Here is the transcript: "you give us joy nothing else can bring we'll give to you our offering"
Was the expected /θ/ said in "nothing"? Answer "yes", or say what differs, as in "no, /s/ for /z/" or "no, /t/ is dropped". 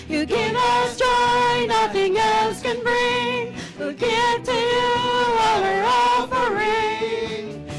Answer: yes